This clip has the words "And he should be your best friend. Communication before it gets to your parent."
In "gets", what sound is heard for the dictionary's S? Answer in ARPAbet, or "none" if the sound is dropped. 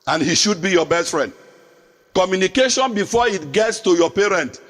S